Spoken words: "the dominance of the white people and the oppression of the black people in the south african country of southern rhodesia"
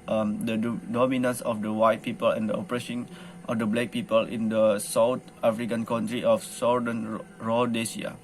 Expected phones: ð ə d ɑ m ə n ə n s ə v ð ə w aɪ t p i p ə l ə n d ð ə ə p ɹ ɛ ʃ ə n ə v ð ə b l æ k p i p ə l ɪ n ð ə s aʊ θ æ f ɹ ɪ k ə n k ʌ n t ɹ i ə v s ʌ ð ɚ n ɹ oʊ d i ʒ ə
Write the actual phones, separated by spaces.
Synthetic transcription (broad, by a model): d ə d ɑ m ə n ə n s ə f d ə w aɪ t p i p ə l ə n d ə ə p ɹ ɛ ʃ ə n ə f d ə b l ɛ k p i p ə l ɪ n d ə s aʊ t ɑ f ɹ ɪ k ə n k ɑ n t ɹ i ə f s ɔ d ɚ n ɹ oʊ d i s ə